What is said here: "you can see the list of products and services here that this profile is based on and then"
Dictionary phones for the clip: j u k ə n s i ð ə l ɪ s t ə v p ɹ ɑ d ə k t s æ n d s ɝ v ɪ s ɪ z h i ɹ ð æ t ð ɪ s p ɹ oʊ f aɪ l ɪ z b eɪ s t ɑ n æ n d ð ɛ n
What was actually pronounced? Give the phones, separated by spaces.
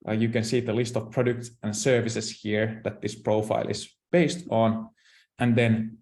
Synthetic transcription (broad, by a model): j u k ə n s i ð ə l ɪ s t ə v p ɹ ɑ d ə k t s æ n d s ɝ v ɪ s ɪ s h i ɹ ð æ t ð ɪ s p ɹ oʊ f aɪ l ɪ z b eɪ s t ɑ n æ n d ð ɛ n